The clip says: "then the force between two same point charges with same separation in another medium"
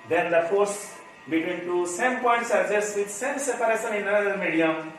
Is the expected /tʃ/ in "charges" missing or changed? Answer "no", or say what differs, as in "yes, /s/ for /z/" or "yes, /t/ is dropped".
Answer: yes, /s/ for /tʃ/